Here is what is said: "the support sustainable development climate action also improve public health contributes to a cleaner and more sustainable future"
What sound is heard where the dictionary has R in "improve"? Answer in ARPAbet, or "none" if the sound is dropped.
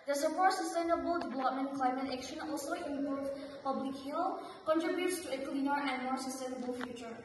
none